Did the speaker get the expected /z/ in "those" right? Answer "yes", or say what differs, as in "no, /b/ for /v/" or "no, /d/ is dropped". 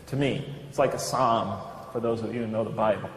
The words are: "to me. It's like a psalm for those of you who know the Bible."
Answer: no, /z/ is dropped